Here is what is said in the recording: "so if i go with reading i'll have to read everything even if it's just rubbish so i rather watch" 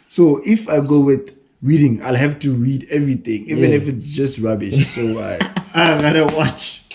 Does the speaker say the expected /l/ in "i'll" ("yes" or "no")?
yes